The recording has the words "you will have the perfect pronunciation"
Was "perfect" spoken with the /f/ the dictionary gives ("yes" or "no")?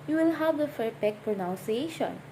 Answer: no